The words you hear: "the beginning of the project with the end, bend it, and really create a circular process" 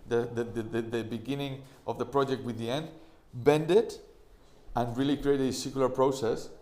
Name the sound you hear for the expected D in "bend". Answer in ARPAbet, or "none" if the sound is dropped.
D